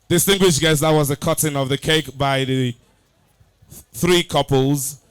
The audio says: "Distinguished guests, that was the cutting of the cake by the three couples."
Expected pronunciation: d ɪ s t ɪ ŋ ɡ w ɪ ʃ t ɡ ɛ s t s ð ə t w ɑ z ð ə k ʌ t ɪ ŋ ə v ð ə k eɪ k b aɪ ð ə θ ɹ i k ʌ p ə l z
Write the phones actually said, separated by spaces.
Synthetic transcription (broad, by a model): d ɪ s t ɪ ŋ ɡ w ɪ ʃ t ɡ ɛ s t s ð ə t w ɑ z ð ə k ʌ t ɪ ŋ ə v ð ə k eɪ k b aɪ ð ə θ ɹ i k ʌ p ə l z